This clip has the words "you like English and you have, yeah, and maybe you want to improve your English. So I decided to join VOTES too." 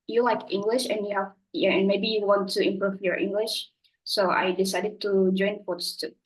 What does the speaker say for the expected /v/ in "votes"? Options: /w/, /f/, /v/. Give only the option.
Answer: /f/